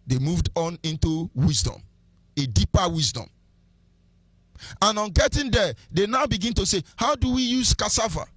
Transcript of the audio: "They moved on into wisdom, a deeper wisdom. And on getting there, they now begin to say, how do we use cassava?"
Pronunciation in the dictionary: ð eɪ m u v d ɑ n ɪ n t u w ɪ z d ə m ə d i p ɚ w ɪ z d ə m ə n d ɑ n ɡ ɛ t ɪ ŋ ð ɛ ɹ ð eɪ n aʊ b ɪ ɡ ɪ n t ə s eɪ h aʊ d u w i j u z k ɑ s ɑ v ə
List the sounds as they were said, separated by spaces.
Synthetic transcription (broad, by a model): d eɪ m u v d ɑ n ɪ n t u w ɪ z d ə m ə d i p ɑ w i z d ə m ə n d ɑ n ɡ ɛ t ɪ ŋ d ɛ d eɪ n aʊ b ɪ ɡ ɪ n t ə s eɪ h aʊ d u w i j u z k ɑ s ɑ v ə